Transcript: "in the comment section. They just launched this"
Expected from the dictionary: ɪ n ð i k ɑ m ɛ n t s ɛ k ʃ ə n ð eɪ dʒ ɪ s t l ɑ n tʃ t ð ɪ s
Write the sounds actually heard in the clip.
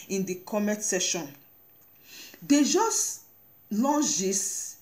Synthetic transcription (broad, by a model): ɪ n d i k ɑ m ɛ t s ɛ ʃ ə n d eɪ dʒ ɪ s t l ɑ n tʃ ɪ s